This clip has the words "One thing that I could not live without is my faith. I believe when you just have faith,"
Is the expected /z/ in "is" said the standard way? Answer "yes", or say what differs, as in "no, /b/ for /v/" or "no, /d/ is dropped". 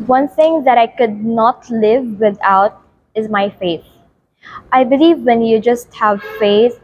yes